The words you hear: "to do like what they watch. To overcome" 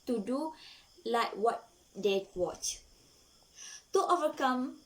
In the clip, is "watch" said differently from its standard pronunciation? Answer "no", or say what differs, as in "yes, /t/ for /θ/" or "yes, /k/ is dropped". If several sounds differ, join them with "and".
no